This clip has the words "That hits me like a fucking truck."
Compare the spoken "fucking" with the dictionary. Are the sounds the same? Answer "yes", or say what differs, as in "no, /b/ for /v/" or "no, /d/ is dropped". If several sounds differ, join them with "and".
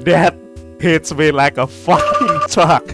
no, /k/ is dropped